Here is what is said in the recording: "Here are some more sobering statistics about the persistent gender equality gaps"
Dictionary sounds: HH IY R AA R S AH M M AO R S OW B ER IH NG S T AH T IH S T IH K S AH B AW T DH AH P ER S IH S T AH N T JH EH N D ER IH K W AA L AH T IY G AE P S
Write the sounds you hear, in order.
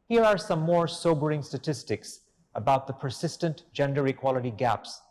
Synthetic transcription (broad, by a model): HH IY R AA R S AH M M AO R S OW B ER IH NG S T AH T IH S T IH K S AH B AW T DH AH P ER S IH S T AH N T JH EH N D ER IH K W AA L AH T IY G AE P S